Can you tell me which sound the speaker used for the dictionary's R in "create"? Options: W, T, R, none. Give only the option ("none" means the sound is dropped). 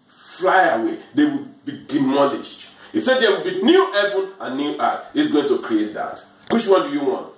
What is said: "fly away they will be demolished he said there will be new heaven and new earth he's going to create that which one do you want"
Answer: R